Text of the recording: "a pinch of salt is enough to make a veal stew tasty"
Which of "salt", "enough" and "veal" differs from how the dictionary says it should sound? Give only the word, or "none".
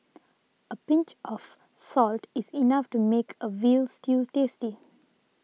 none